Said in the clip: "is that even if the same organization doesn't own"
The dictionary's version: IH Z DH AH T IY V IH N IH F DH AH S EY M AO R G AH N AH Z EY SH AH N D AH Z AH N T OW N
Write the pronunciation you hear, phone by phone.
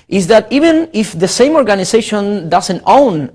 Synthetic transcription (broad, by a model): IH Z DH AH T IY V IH N IH F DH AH S EY M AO R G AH N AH S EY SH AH N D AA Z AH N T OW N